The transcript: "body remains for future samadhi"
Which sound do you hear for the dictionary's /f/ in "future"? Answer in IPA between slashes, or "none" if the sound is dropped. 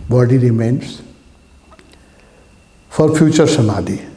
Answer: /p/